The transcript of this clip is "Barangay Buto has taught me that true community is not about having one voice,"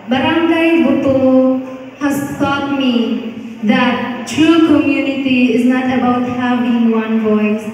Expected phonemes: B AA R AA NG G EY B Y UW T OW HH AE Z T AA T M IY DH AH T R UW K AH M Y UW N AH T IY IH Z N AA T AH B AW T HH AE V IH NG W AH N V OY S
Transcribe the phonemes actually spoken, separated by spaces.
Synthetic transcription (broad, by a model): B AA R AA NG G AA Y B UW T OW HH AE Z T AA T M IY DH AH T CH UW K AH M Y UW N AH T IY IH Z N AA T AH B AW T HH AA B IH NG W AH N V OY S